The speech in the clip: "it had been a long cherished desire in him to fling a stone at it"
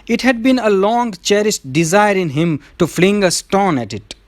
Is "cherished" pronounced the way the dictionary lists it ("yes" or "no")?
no